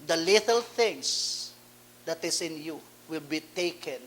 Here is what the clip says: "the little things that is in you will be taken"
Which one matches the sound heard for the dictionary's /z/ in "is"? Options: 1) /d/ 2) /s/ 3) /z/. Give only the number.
2